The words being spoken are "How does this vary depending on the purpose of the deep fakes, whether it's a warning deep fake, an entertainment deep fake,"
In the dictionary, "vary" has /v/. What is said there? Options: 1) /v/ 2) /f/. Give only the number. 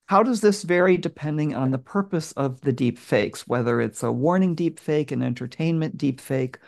1